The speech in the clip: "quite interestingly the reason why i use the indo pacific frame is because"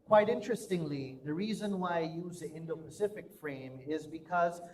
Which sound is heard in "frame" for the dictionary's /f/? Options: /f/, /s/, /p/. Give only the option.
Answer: /f/